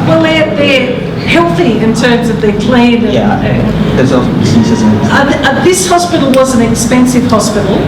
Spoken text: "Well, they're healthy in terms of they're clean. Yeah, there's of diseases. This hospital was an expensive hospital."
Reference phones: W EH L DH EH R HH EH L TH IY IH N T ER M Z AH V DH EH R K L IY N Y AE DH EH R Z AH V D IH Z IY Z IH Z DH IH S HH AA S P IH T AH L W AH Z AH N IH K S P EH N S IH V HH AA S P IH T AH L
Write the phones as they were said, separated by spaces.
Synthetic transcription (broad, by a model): W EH L DH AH R HH EH L TH IY IH N T ER M Z AH V DH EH R K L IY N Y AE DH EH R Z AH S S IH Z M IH DH IH S HH AA S P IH T L W AH Z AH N IH K S P EH N S IH V HH AA S P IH T L